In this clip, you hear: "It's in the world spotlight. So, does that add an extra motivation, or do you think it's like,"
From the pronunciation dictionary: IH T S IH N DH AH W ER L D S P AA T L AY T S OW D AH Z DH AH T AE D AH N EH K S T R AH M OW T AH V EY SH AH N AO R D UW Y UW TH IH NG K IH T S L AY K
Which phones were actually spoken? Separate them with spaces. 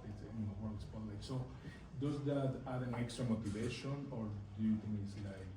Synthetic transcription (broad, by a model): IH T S IH N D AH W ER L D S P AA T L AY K S OW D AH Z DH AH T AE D AH N EH K S T R AH M OW T AH V EY SH AH N AO R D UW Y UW T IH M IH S L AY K